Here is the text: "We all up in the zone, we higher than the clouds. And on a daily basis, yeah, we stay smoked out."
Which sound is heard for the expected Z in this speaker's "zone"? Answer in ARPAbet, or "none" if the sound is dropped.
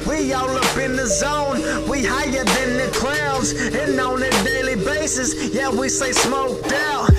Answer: Z